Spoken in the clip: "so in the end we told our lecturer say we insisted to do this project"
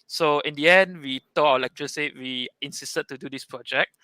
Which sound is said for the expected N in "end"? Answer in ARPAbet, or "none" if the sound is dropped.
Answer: N